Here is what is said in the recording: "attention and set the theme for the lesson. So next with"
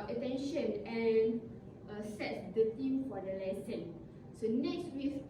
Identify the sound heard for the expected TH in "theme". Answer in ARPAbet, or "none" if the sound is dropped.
T